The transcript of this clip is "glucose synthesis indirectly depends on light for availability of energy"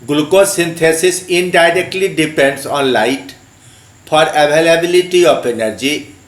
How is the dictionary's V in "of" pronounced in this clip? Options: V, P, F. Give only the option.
P